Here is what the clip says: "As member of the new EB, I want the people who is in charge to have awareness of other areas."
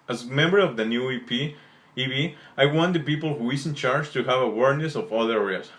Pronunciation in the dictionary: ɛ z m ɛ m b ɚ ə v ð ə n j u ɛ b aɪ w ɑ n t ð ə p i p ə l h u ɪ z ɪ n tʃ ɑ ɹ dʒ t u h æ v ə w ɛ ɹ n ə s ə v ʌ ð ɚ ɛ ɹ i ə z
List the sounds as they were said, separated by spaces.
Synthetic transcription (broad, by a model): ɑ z m ɛ m b ɚ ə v ð ə n j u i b aɪ w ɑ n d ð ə p i p ə l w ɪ s ɪ n tʃ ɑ ɹ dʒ t u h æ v ə w ɛ ɹ n ə s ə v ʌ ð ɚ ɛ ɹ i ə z